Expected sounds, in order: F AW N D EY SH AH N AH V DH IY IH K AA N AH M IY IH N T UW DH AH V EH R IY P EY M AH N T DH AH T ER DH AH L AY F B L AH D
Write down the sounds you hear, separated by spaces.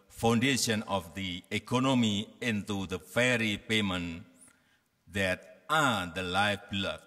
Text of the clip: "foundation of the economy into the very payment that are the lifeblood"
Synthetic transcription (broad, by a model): F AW N D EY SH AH N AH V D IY IH K AA N AH M IY IH N T UW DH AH F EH R IY P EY M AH N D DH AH T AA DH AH L AY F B L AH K